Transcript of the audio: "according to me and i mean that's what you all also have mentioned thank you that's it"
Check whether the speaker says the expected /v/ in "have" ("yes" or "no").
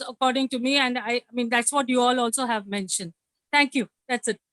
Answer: yes